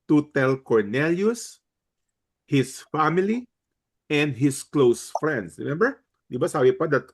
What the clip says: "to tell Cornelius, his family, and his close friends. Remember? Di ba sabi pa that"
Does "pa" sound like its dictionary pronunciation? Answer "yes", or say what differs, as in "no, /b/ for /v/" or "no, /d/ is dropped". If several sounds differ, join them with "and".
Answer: yes